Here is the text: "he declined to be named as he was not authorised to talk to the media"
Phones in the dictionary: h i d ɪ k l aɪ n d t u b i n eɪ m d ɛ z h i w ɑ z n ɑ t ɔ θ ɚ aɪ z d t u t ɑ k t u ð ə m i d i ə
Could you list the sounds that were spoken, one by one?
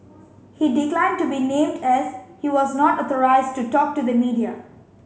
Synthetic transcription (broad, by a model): h i d ɪ k l aɪ n d t u b i n eɪ m d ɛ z h i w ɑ z n ɑ t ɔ t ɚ aɪ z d t u t ɑ k t u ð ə m i d i ə